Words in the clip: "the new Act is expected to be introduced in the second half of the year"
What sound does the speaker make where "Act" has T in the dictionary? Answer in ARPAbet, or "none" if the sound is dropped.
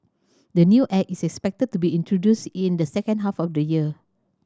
none